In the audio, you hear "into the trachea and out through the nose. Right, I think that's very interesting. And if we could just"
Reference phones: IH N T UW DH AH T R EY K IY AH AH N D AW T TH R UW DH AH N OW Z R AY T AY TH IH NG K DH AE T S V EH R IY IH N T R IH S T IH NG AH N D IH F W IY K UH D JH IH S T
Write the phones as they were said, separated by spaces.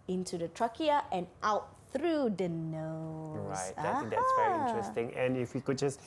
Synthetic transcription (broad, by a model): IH N T UW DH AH T R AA K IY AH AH N AW T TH R UW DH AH N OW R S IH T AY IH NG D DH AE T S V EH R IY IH T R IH S T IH NG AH N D IH F W IY K UH D JH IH S